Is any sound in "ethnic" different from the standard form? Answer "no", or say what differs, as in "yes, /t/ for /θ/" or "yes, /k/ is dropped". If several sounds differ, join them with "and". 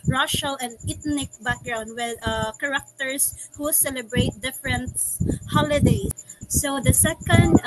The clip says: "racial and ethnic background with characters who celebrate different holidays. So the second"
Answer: yes, /t/ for /θ/